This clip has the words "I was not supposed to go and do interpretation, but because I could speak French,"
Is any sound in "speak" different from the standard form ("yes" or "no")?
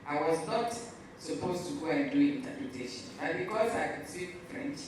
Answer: yes